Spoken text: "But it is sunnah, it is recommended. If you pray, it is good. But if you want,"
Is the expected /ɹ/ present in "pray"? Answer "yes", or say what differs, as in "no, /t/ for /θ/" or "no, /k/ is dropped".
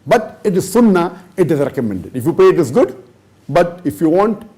no, /ɹ/ is dropped